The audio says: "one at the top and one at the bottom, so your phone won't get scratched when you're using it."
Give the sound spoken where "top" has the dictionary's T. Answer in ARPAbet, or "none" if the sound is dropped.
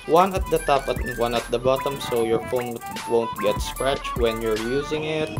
T